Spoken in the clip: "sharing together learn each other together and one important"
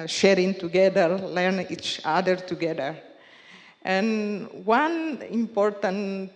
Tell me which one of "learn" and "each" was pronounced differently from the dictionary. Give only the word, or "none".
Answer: none